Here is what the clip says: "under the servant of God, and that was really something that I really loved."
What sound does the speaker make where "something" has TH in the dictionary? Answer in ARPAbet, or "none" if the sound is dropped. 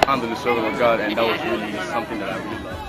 TH